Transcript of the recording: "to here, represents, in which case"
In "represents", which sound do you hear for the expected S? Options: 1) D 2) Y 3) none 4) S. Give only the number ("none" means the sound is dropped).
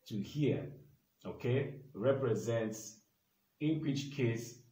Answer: 4